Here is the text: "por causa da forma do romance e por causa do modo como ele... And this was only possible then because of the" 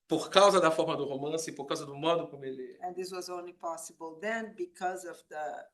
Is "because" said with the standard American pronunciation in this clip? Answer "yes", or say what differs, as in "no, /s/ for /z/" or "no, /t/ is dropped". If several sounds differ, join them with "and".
yes